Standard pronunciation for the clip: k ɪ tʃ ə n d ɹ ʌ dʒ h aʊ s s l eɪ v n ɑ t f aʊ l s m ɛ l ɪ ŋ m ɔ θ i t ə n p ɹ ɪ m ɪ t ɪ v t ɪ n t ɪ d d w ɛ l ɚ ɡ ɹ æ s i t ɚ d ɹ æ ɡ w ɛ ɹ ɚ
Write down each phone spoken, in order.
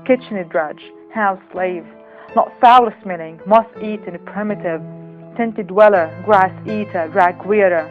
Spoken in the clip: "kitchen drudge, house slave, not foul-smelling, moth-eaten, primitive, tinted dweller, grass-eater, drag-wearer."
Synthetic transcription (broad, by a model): k ɪ tʃ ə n d ɹ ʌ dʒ h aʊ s s l eɪ v n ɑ t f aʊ l s m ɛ n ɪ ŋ m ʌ t i t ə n p ɹ ɪ m ɪ t ɪ v t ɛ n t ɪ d d w ɛ l ɚ ɡ ɹ æ s i t ɚ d ɹ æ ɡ w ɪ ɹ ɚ